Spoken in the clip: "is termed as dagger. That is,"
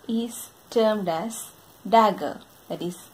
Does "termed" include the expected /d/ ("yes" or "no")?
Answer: yes